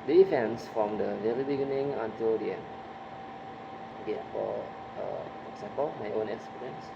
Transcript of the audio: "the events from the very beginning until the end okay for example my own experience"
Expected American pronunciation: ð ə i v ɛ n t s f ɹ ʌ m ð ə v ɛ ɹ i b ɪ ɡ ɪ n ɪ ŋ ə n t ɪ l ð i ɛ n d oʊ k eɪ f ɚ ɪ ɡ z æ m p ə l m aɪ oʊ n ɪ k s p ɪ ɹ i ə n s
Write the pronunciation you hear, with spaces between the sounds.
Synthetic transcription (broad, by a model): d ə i f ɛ n s f ɹ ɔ m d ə v ɛ ɹ i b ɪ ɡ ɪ n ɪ ŋ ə n t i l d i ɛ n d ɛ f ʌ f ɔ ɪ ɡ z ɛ m p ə l m aɪ oʊ n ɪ k s p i ɹ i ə n s